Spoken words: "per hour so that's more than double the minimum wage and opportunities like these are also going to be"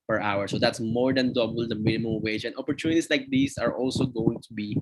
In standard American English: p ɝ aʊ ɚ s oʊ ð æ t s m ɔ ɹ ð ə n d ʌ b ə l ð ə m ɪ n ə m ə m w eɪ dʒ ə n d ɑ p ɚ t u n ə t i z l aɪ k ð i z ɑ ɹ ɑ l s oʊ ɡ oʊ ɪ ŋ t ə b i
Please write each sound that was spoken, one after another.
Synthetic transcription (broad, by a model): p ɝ aʊ ɚ s oʊ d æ t s m ɔ ɹ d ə n d ʌ b ə l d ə m ɪ n ə m ə m w eɪ dʒ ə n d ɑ p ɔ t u n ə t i s l aɪ k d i s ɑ ɹ ɑ l s oʊ ɡ oʊ ɪ ŋ t ə b i